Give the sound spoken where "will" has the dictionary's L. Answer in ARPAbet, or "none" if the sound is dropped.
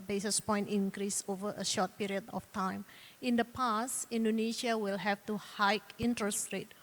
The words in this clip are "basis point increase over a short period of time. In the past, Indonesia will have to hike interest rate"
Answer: L